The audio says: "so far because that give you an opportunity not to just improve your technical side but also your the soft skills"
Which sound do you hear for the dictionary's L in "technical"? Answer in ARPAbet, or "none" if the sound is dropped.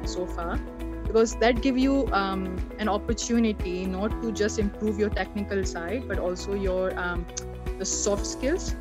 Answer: L